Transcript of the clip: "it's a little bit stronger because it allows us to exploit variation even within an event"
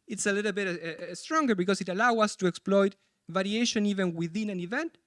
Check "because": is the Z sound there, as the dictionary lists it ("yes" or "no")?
no